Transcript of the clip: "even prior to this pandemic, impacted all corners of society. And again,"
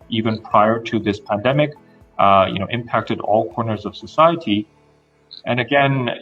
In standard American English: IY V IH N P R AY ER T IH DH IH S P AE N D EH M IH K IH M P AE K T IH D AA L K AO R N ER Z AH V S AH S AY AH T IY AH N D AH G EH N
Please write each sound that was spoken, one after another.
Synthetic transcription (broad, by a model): IY V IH N P R AY ER T IH DH IH S P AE N D EH M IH K IH M P AE K T IH D AA L K AO R N ER Z AH V S AH S AY AH T IY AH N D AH G EH N